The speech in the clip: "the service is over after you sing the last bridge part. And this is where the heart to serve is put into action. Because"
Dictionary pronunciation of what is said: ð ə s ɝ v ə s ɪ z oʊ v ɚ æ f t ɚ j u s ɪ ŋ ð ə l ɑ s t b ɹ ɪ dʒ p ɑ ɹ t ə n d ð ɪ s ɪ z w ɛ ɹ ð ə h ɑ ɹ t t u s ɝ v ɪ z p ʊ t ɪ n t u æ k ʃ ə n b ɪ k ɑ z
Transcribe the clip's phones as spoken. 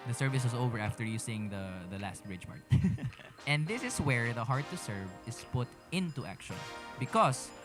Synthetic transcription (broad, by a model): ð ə s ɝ v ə s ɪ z oʊ v ɚ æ f t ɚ j u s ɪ ŋ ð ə l ɑ s t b ɹ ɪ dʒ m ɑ ɹ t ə n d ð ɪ s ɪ s w ɛ ɹ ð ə h ɑ ɹ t t u s ɝ v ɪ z p ʊ t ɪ n t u æ k ʃ ə n b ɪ k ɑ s